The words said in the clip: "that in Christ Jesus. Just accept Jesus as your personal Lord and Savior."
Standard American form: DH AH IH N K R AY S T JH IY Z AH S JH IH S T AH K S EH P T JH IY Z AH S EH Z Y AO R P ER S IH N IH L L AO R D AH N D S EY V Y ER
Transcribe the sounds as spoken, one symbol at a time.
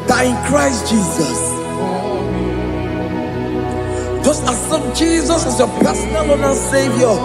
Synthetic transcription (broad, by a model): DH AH IH N K R AY S T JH IY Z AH S JH IH S T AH S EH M JH IY Z AH S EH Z Y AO P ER S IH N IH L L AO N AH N S EY V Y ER